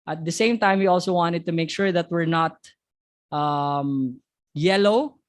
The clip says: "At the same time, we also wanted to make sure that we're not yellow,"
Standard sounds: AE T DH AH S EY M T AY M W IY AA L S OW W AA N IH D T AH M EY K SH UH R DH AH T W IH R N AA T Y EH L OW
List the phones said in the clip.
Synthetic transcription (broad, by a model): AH T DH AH S EY M T AY M W IY AA L S OW W AA N IH D T AH M EY K SH UH R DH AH T W IH R N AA T Y EH L OW